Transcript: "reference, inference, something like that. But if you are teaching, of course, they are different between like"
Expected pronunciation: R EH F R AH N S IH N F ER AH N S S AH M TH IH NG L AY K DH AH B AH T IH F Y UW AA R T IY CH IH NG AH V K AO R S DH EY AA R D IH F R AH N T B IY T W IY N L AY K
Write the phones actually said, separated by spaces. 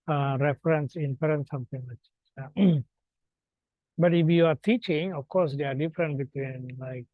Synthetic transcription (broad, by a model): R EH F R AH N S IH N P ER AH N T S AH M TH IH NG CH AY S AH B AH T IH F Y UW AA R T IY CH IH NG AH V K AO R S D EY AA R D IH F R AH N T B IY T W IY N L AY K